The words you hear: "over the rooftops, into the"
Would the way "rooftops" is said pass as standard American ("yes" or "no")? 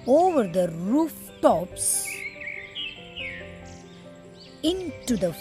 yes